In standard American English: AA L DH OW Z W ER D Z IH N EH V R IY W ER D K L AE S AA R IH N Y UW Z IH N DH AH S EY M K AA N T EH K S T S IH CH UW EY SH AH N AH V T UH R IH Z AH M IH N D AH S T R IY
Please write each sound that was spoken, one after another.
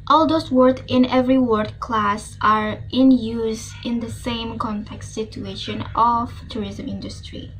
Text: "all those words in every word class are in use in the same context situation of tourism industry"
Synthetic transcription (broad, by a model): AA L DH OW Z W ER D IH N EH V R IY W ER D K L AE S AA R IH N Y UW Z IH N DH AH S EY M K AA N T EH K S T S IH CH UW EY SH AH N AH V T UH R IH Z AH M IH N D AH S T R IY